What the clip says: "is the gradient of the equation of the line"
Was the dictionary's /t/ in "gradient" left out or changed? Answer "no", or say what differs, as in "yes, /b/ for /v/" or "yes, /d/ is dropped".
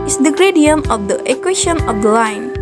yes, /t/ is dropped